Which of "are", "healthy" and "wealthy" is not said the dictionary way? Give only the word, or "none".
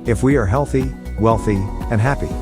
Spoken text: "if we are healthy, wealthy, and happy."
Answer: none